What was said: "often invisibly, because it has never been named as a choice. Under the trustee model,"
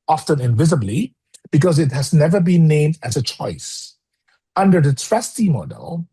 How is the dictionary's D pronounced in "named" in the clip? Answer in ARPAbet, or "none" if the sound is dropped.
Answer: D